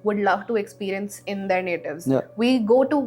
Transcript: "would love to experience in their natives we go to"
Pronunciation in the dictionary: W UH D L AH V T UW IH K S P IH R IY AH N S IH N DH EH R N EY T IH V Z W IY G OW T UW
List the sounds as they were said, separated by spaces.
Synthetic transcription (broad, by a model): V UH D L AH V T UW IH K S P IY R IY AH N S IH N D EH R N EY T IH V Z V IY G OW T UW